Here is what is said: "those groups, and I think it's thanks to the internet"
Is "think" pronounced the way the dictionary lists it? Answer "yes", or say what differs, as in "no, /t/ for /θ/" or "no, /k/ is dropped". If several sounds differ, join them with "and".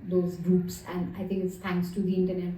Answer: no, /t/ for /θ/